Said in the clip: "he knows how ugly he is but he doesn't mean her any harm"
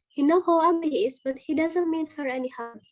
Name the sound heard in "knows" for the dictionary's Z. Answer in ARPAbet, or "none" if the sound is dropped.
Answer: none